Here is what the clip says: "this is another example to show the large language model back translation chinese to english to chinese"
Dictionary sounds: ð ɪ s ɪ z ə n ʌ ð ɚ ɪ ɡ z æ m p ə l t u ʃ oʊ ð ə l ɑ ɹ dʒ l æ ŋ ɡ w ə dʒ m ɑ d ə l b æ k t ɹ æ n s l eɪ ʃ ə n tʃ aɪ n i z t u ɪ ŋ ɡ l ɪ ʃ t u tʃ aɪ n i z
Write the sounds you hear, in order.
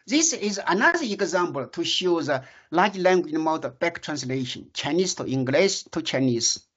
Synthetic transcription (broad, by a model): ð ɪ s ɪ z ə n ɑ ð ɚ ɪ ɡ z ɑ m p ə l t u ʃ oʊ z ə l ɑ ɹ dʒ l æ ŋ ɡ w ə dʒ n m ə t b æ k t ɹ æ n s l eɪ ʃ ə n tʃ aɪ n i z t u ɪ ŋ ɡ l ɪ s t u tʃ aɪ n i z